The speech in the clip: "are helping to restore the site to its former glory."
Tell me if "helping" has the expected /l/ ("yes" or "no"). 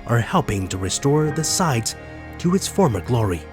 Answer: yes